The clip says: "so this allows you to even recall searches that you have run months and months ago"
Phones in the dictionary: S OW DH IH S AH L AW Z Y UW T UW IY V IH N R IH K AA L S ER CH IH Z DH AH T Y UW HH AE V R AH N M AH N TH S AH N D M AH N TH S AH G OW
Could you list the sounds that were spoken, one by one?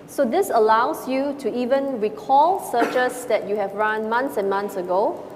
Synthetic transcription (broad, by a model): S OW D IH S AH L AW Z Y UW T UW IY V IH N R IH K AA L S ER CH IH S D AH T Y UW HH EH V R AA N M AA N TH S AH N M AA N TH S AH G OW